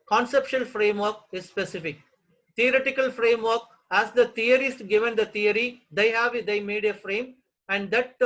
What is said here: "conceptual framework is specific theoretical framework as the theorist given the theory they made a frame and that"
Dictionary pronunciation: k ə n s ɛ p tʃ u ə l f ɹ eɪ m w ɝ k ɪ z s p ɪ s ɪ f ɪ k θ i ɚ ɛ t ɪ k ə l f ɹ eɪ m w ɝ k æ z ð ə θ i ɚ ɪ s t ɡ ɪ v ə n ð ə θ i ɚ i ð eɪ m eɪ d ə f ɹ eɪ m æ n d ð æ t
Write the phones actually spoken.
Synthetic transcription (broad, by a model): k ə n s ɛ p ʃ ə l f ɹ eɪ m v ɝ k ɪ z s p ɪ s ɪ f ɪ k t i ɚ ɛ t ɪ k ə l f ɹ eɪ m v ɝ k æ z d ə t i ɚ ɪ s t ɡ ɪ v ə n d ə t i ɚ i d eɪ m eɪ d ə f ɹ eɪ m æ n d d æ t